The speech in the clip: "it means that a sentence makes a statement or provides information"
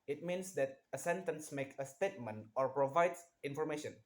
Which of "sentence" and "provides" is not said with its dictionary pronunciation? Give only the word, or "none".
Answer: provides